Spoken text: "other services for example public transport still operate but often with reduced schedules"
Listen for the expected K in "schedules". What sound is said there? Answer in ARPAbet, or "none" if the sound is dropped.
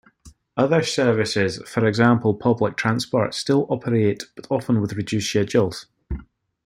none